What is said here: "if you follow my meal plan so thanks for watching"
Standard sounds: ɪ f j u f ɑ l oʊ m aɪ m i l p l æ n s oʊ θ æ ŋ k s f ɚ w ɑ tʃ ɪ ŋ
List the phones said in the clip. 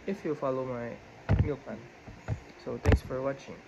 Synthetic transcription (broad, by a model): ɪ f j u f ɑ l oʊ m aɪ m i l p ɑ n s oʊ t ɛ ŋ k s f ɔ w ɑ tʃ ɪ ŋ